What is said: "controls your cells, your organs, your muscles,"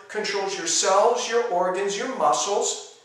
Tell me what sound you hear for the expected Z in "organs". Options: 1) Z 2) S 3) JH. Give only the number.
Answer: 1